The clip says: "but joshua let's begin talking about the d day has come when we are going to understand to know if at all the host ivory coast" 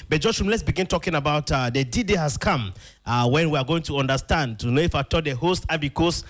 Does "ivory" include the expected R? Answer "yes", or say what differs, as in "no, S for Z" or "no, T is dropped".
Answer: no, R is dropped